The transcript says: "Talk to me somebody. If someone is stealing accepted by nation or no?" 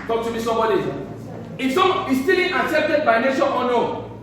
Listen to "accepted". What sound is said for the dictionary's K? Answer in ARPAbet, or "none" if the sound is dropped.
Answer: none